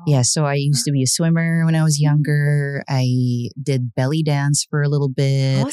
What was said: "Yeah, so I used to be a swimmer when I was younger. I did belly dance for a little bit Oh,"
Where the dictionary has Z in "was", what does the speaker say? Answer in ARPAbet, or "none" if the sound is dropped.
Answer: Z